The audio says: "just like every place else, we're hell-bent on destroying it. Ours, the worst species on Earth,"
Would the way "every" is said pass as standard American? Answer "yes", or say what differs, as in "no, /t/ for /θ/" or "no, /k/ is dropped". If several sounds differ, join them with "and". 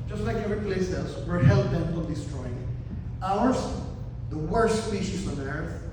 no, /v/ is dropped